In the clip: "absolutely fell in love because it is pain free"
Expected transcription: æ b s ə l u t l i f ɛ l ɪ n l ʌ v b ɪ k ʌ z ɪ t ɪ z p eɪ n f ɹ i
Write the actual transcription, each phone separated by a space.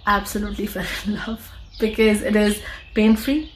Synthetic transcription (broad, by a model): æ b s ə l u t l i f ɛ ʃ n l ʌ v b ɪ k ʌ z ɪ t ɪ z p eɪ n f ɹ i